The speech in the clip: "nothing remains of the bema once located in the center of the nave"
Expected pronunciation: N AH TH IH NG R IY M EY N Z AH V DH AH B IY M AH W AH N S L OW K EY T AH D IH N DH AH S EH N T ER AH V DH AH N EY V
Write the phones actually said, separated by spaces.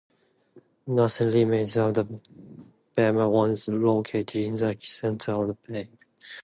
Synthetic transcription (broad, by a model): N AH S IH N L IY M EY Z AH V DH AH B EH M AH W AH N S L OW K EY T AH D IH N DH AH S EH N T ER AH V DH AH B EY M